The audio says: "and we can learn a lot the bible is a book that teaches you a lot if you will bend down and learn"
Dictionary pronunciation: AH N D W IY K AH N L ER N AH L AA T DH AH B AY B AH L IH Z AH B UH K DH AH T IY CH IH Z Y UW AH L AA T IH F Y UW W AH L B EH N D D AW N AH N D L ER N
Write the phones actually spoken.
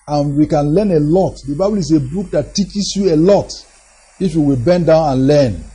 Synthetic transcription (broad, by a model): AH N W IY K AH N L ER N AH L AA T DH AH B AY B AH L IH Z AH B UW K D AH T IY CH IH S Y UW AH L AA T IH F Y UW W AH L B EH N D D AW N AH N L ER N